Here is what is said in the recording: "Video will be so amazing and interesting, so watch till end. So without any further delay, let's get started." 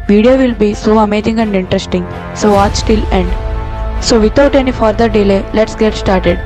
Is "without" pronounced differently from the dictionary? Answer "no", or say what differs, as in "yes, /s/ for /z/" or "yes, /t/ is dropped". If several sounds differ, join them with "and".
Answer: yes, /t/ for /θ/